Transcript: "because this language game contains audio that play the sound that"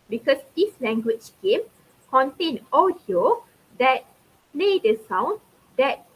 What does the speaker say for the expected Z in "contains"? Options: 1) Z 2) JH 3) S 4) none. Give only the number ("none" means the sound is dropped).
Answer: 4